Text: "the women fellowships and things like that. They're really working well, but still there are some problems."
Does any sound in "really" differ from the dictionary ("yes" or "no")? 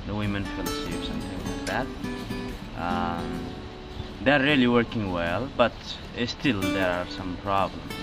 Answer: no